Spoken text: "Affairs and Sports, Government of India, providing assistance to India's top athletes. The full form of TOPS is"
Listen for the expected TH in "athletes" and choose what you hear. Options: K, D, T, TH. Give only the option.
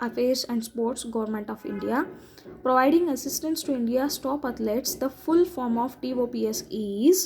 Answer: T